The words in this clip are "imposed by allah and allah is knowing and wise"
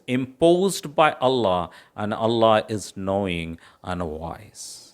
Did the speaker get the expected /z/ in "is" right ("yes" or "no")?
yes